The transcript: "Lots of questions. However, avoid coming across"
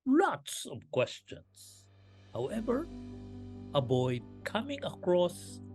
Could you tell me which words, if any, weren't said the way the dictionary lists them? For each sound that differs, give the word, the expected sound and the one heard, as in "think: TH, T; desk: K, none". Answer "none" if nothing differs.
questions: Z, S; avoid: V, B